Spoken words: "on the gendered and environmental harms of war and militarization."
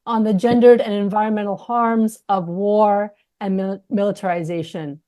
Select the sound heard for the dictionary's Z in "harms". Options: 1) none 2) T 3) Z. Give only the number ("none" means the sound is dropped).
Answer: 3